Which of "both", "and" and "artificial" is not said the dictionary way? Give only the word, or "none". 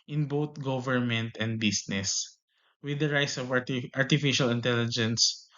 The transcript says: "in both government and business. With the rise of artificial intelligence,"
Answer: both